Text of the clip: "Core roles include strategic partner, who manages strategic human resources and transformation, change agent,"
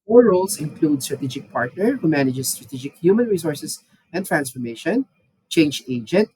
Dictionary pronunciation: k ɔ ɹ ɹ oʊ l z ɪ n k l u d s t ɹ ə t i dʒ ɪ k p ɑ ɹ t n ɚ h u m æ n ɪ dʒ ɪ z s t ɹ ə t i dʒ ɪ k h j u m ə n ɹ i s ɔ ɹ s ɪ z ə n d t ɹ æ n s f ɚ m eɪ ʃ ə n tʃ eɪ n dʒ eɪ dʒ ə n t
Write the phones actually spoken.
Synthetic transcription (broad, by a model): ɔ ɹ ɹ oʊ l s ɪ n k l u d s t ɹ ə t i dʒ ɪ k p ɑ ɹ t n ɚ h u m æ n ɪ dʒ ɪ s t ɹ ə t i dʒ ɪ k h j u m ə n ɹ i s ɔ ɹ s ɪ s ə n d t ɹ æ n s f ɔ m eɪ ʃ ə n tʃ eɪ n dʒ eɪ dʒ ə n t